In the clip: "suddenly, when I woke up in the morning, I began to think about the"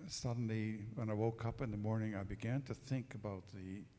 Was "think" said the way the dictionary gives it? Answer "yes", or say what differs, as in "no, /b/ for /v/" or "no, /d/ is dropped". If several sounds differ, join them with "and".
yes